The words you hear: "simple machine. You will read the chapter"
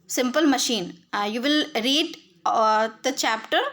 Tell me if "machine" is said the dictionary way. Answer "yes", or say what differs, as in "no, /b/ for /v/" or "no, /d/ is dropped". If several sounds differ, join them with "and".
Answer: yes